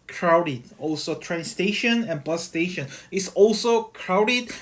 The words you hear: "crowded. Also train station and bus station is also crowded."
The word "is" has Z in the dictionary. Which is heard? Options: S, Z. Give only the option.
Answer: S